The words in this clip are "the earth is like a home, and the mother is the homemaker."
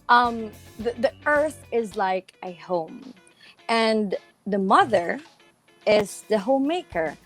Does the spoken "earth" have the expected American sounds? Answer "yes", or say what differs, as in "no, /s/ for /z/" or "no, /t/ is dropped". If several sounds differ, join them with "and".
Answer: yes